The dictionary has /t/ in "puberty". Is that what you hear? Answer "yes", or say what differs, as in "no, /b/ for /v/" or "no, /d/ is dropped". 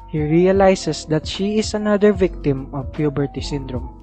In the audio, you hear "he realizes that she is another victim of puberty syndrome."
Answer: yes